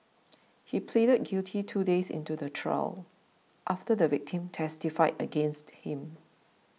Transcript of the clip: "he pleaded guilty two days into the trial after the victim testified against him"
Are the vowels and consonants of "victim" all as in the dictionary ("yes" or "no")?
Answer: yes